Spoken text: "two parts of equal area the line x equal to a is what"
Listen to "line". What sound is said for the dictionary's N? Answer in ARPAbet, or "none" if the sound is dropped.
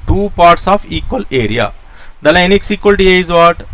N